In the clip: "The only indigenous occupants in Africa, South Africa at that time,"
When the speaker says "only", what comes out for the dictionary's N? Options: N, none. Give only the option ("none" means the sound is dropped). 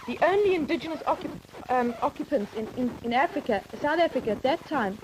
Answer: N